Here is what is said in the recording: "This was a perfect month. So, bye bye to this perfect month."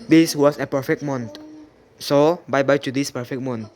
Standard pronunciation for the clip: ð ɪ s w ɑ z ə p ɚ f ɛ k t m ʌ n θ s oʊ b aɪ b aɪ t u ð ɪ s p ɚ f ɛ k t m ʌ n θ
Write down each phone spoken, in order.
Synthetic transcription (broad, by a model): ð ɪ s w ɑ s ə p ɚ f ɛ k m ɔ n t s oʊ b aɪ b aɪ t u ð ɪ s p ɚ f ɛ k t m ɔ n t